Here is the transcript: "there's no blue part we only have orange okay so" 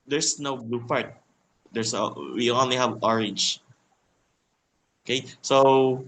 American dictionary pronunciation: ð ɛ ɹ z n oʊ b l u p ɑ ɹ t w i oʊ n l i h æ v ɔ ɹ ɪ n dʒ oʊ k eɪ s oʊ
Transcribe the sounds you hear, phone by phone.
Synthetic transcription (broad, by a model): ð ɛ ɹ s n oʊ b l u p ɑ ɹ t w i oʊ n l i h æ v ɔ ɹ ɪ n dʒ oʊ k eɪ s oʊ